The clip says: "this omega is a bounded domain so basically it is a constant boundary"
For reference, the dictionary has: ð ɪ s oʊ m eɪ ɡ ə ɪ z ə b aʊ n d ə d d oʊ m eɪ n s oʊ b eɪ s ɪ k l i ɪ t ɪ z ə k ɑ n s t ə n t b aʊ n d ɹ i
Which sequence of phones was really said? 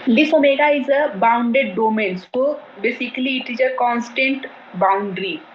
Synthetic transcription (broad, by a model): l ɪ s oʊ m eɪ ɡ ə ɪ z ə b aʊ n d ə d d oʊ m eɪ n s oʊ b eɪ s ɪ k l i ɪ t ɪ z ə k ɑ n s t ə n t b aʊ n d ɹ i